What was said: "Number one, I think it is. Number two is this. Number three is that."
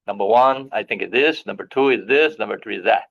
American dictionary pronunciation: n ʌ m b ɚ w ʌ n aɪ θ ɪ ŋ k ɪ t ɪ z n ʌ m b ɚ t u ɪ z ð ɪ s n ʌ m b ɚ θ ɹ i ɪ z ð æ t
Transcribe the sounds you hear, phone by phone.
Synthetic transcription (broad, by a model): n ʌ m b ɚ w ʌ n aɪ θ ɪ ŋ k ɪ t ɪ s n ʌ m b ɚ t u ɪ z ð ɪ s n ʌ m b ɚ θ ɹ i ɪ z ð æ t